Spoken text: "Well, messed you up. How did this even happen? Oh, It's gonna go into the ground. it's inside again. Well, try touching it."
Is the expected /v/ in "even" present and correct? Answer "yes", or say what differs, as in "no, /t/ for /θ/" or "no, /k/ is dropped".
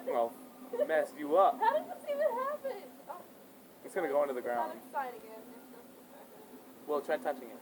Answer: no, /v/ is dropped